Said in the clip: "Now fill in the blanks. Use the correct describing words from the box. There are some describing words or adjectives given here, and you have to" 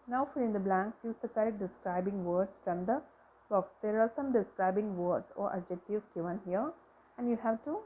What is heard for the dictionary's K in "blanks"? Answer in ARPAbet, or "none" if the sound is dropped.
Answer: K